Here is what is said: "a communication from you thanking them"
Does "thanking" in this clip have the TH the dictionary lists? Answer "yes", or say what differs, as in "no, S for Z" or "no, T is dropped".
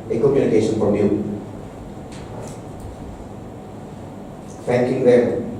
no, F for TH